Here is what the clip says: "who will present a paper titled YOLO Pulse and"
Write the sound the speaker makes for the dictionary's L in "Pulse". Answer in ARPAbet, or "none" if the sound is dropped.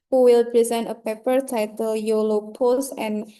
none